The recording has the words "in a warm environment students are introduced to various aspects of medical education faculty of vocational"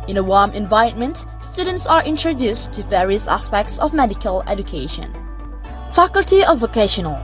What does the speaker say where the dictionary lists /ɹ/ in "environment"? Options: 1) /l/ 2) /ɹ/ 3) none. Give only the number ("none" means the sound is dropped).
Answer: 3